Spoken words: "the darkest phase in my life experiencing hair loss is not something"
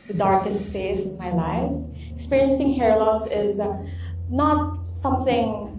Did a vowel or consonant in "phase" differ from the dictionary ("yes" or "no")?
yes